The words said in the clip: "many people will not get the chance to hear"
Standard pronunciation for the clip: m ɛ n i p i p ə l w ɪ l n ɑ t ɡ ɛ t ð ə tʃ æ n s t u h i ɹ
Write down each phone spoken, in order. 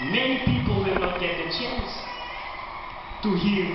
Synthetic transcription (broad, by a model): m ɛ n i p i p ə l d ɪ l n ɑ t ɡ ɛ t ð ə tʃ æ n s t u h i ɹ